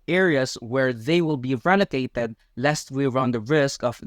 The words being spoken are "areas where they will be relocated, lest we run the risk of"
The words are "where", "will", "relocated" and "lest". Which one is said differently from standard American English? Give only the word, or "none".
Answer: relocated